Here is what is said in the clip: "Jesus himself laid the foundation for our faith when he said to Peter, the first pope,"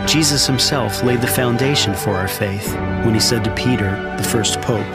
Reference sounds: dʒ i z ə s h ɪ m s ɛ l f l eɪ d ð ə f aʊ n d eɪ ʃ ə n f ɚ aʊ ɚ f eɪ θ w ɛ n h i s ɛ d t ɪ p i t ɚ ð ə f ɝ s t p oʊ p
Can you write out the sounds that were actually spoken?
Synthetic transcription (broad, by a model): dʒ i z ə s h ɪ m s ɛ l f l eɪ d ð ə f aʊ n d eɪ ʃ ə n f ɚ aʊ ɚ f eɪ θ w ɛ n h i s ɛ d t ɪ p i t ɚ ð ə f ɝ s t p oʊ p